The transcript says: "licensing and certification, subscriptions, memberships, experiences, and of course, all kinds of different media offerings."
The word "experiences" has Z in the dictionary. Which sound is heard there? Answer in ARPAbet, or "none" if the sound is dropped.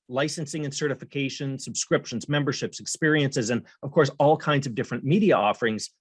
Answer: Z